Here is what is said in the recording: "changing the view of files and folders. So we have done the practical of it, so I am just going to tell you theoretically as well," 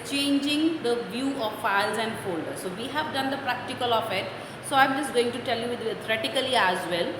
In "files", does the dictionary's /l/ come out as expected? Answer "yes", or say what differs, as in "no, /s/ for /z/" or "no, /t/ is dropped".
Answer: yes